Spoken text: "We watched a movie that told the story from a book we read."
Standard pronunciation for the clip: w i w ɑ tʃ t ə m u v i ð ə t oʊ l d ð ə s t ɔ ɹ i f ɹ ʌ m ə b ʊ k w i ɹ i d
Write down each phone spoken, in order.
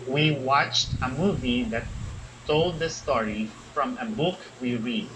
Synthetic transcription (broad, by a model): w i w ɑ tʃ t ə m u v i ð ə t oʊ l d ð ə s t ɔ ɹ i f ɹ ʌ m ə b ʊ k w i ɹ i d